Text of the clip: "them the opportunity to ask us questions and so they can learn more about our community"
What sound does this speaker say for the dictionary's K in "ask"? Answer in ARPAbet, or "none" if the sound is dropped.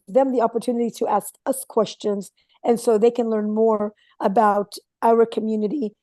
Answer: K